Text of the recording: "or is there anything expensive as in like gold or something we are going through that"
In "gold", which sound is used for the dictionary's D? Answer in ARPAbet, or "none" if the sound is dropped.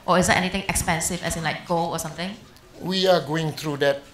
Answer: none